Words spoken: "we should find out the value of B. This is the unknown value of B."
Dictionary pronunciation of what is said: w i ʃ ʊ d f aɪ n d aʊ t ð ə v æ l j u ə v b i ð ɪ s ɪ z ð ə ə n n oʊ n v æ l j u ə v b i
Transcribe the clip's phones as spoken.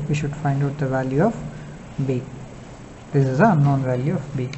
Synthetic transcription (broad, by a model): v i ʃ ʊ d f aɪ n d aʊ t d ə v æ l j u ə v b i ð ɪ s ɪ z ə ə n n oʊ n v æ l j u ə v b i